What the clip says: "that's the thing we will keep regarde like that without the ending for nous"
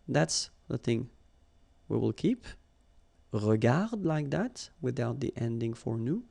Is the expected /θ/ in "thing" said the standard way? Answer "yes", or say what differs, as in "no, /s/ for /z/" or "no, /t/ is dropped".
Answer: yes